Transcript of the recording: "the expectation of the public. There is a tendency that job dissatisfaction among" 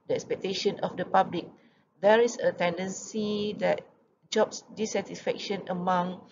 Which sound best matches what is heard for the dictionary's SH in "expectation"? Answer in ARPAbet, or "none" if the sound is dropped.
SH